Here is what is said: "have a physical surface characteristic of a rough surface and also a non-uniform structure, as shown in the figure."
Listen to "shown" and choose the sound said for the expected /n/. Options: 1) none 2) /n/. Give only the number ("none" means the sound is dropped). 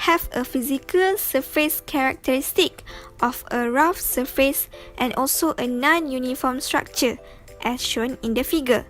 2